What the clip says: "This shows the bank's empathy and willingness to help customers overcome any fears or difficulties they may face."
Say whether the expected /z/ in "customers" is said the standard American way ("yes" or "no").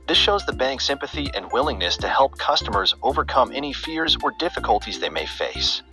yes